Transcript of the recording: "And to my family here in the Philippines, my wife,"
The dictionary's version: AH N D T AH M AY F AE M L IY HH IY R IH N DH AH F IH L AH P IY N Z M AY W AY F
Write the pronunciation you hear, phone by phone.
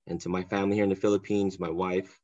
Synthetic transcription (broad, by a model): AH N T AH M AY F AE M L IY HH IY R IH N DH AH F IH L AH P IY N Z M AY W AY F